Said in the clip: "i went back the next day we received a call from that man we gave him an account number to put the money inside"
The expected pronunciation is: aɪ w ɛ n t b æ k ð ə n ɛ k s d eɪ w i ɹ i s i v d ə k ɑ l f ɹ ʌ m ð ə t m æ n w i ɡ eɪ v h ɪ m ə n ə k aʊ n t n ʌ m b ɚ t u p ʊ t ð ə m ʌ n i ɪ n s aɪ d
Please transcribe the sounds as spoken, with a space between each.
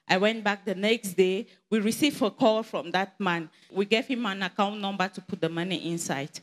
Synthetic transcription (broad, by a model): aɪ w ɛ n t b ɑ k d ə n ɛ k s d eɪ w i ɹ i s i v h ə k ɑ l f ɹ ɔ m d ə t m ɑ n w i ɡ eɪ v h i m ə n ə k aʊ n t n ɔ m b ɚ t u p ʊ t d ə m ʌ n i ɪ n s aɪ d